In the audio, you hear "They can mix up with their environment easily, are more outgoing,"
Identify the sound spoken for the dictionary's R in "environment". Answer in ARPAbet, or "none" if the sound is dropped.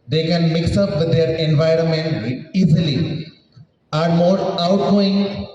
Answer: R